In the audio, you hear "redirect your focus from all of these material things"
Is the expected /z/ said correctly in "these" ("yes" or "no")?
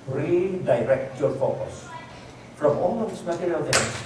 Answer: no